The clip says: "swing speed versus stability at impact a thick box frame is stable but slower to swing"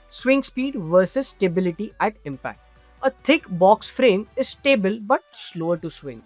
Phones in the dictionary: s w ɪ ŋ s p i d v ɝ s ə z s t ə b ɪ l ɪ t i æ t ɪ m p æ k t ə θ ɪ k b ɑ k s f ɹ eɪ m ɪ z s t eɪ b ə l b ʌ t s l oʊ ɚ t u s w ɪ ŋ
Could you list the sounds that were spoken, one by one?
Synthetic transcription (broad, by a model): s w ɪ ŋ s p i d v ɝ s ə z s t ə b ɪ l ɪ t i æ t ɪ m p æ k t ə t ɪ k b ɑ k s f ɹ eɪ m ɪ z s t eɪ b ə l b ʌ t s l oʊ ɚ t u s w ɪ ŋ